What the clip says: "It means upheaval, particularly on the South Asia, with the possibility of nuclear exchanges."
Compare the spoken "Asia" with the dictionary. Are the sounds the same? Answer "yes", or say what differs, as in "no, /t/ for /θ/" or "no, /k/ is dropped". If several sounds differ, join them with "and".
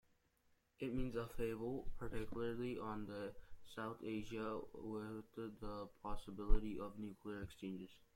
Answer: yes